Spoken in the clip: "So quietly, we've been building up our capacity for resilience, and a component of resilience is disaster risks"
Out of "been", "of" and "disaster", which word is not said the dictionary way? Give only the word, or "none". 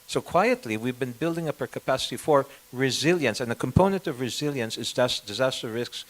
none